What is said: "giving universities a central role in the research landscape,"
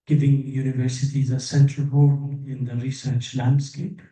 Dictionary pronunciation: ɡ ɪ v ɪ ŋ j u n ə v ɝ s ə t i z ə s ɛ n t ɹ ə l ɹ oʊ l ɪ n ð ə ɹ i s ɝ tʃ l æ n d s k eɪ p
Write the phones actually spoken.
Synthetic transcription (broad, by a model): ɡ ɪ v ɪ ŋ j u n ə v ɝ s ə t i z ə s ɛ n t ɹ ə l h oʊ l ɪ n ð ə ɹ i s ɝ tʃ l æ n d s k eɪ p